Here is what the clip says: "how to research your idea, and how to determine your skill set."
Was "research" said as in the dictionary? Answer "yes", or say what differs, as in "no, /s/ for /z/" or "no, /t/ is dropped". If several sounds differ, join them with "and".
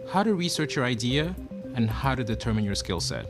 yes